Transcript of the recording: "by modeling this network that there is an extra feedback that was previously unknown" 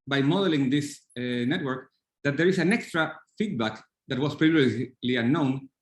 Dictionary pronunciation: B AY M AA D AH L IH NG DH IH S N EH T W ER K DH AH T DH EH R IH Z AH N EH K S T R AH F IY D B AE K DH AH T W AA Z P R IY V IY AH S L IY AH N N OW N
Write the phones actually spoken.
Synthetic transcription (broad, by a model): B AY M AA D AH L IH NG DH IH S N EH T W ER K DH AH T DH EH R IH S AH N EH K S T R AH F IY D B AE K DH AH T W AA S P R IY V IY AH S L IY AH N N OW N